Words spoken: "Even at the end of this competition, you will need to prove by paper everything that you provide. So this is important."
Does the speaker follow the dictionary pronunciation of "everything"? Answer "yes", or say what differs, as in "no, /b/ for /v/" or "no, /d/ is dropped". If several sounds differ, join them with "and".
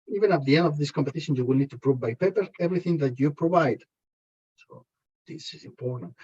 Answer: yes